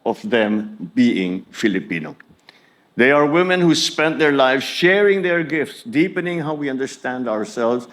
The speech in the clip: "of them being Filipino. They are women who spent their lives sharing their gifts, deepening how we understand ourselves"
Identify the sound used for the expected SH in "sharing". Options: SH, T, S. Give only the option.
SH